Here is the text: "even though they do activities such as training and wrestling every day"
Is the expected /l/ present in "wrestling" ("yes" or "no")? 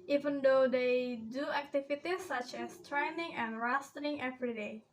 no